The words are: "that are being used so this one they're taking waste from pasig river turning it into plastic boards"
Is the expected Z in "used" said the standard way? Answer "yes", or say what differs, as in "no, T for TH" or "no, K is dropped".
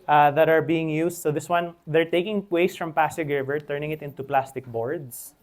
no, S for Z